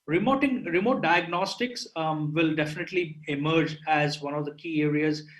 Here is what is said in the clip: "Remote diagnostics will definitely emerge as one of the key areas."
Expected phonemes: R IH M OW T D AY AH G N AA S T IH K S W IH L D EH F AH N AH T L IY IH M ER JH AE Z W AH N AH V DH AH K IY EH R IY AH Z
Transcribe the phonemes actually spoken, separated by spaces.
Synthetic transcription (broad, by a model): R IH M OW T D AY AH G N AA S T IH K S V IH L D EH F AH N AH T L IY IH M ER JH AE Z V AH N AH V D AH K IY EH R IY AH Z